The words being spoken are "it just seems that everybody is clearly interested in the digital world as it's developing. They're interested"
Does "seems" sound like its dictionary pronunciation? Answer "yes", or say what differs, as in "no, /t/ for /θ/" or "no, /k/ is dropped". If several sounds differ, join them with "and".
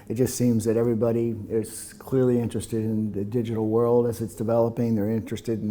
yes